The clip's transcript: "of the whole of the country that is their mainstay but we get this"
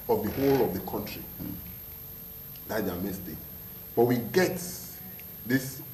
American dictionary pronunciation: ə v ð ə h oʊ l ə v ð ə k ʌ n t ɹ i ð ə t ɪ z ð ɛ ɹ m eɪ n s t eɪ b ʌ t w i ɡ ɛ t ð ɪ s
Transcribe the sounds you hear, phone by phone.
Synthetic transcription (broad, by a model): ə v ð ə h oʊ l ə v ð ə k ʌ n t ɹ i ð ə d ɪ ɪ m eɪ s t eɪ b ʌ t w i ɡ ɛ t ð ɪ s